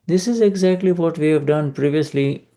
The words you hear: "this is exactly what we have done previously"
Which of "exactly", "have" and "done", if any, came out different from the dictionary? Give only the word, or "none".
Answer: none